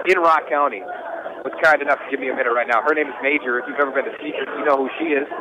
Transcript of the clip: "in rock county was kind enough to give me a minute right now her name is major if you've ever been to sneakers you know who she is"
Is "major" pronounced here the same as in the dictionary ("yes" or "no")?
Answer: yes